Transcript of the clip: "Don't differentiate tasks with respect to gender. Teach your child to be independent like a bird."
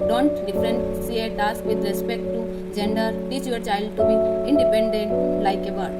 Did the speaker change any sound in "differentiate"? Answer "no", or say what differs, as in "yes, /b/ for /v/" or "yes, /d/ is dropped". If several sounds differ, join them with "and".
yes, /s/ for /ʃ/